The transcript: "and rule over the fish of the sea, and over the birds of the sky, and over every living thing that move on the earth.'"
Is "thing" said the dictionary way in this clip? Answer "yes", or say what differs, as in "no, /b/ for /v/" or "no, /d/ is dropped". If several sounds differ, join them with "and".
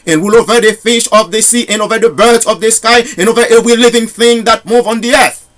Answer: yes